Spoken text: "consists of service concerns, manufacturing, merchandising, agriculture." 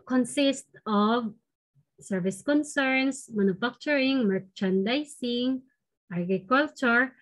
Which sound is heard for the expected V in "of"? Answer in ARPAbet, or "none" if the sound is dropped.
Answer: V